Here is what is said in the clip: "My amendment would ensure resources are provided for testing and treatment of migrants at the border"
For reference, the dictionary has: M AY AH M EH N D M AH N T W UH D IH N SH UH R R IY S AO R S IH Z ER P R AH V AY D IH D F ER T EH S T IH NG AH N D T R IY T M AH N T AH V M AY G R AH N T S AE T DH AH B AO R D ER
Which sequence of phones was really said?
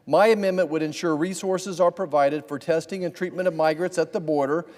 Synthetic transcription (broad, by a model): M AY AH M EH N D M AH N T W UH D IH N SH UH R R IY S AO R S IH Z ER P R AH V AY D IH D F ER T EH S T IH NG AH N T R IY T M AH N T AH V M AY G R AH N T S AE T DH AH B AO R D ER